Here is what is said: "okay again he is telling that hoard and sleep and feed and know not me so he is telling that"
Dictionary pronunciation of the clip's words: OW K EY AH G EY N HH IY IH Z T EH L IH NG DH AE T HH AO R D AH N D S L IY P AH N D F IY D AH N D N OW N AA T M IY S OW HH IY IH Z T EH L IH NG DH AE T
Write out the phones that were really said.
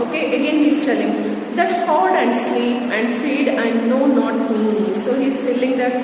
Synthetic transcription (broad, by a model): OW K EY AH G EY N HH IY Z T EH L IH NG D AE T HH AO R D AH N D S L IY P AH N D F IY D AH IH N OW N AA T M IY S OW HH IY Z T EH L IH NG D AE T